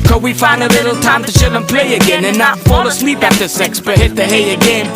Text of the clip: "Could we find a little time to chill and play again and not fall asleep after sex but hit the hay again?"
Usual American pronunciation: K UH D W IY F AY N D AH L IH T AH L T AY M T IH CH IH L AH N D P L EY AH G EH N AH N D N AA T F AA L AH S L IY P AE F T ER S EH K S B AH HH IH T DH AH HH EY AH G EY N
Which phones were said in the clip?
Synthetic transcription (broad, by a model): K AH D W IY F AY N D AH L IH T L T AY M T IH SH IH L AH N P L EY AH G EH N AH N N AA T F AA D AH S L IY P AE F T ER S EH K S B AH HH IH T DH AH HH EY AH G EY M